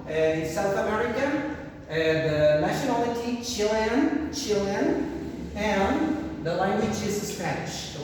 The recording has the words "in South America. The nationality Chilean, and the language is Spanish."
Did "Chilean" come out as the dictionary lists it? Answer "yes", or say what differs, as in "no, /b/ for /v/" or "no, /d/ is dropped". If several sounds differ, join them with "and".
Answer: no, /l/ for /n/